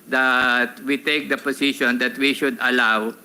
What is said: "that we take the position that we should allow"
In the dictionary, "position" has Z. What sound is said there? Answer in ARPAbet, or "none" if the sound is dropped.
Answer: S